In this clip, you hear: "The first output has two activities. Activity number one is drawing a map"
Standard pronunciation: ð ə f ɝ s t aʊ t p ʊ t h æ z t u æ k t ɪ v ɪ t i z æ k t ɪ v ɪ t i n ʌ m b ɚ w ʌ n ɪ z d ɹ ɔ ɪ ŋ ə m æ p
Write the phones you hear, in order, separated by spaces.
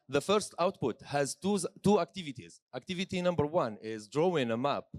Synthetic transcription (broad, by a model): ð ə f ɝ s t aʊ t p ʊ t h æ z t u æ k t ɪ v ɪ t i z æ k t ɪ v ɪ t i n ʌ m b ɚ w ʌ n ɪ z d ɹ ɔ ɪ ŋ ə m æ p